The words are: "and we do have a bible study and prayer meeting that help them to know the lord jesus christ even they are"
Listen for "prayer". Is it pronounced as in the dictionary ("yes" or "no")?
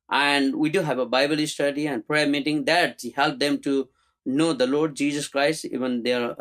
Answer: yes